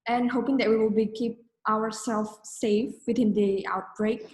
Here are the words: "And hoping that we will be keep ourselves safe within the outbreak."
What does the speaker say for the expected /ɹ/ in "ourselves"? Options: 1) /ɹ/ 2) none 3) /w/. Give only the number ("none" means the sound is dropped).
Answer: 3